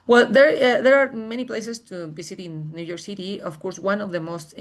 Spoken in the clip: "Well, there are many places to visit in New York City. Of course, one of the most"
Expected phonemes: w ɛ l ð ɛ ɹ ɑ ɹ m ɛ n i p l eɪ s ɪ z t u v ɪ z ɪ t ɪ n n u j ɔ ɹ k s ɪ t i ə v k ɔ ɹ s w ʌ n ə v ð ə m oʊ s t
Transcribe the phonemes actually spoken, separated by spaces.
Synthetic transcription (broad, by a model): w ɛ l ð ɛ ɹ ɑ ɹ m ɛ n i p l eɪ s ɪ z t u b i s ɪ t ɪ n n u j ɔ ɹ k s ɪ t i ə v k ɔ ɹ s w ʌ n ə v ð ə m oʊ s t